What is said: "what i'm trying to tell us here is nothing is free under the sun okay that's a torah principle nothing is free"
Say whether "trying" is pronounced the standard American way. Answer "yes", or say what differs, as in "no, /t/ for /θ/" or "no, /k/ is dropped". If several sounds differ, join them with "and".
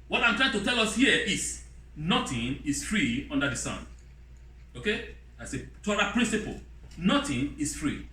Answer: yes